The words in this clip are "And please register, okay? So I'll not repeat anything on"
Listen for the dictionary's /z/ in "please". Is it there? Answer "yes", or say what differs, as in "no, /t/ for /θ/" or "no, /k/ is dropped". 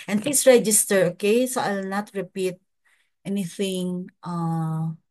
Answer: no, /s/ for /z/